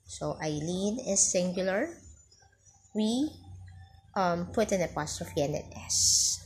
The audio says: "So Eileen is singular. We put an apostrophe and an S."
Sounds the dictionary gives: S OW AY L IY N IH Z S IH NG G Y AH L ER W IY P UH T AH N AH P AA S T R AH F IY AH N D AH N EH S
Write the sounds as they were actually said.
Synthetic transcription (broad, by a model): S OW AY L IY N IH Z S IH NG G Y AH L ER W IY P UH T AH N AH P AA S T R AH F IY AH N D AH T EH S